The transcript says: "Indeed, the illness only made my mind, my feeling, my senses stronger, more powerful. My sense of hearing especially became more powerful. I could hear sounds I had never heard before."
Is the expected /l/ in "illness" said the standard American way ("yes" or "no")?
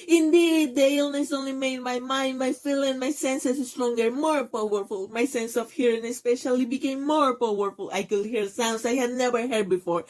yes